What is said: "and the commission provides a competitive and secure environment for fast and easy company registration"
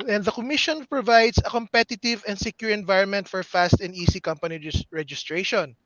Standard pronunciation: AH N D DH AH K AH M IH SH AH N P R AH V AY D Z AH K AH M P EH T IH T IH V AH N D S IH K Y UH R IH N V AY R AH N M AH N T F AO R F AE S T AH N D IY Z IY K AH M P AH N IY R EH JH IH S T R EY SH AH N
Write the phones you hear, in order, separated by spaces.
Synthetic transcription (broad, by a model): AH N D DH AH K AH M IH SH AH N P R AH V AY D S AH K AH M P EH T IH T IH V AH N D S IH K Y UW R IH N V AY R AH N M AH N T F AO R F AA S T AH N D IY S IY K AH M P AH N IY R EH JH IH S T R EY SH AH N